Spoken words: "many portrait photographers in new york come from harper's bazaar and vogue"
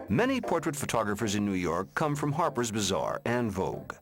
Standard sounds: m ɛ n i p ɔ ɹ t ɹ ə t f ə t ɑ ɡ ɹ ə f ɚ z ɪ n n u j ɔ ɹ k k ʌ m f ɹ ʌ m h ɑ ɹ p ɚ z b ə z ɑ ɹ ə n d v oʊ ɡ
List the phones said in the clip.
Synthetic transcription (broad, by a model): m ɛ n i p ɔ ɹ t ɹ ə t f ə t ɑ ɡ ɹ ə f ɚ z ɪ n n u j ɔ ɹ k k ʌ m f ɹ ʌ m h ɑ ɹ p ɚ z b ə z ɑ ɹ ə n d v oʊ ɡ